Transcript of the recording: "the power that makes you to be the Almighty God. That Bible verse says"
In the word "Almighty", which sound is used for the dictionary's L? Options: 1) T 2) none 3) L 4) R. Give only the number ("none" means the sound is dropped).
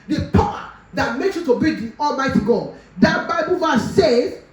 3